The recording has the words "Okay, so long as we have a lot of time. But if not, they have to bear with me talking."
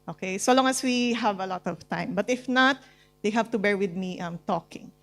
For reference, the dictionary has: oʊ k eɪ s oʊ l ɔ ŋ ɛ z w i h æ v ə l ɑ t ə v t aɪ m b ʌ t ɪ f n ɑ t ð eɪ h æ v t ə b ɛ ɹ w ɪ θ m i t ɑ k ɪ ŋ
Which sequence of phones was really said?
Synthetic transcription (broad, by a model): oʊ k eɪ s oʊ l ɔ ŋ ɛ s w i h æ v ə l ɑ t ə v t aɪ m b ʌ t ɪ f n ɑ t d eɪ h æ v t ə b ɛ ɹ w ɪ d m i t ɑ k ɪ ŋ